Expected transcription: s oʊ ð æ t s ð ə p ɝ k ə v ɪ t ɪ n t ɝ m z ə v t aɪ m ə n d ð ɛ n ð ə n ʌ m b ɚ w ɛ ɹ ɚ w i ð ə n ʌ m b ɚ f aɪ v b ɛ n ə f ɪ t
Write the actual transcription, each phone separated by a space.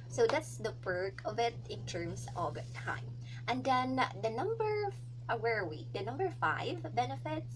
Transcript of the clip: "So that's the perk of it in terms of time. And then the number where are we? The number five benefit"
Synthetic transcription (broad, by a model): s oʊ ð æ t s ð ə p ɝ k ə v ɪ t ɪ n t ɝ m s ə v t aɪ m ə n d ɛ n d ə n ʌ m b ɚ w ɛ ɹ w i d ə n ʌ m b ɚ f aɪ v b ɛ n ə f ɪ t